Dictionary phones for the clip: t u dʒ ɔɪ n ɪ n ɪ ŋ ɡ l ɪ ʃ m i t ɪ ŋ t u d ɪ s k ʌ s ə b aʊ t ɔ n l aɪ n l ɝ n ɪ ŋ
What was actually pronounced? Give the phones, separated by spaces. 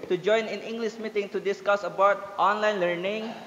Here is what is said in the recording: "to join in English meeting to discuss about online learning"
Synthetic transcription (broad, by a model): t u dʒ ɔɪ n ɪ n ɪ ŋ ɡ l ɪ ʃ m i t ɪ ŋ t u d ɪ s k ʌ s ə b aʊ t ɔ n l aɪ n l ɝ n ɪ ŋ